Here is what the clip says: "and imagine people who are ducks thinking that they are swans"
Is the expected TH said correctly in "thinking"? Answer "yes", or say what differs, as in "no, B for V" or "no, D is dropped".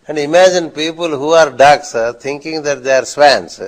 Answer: no, T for TH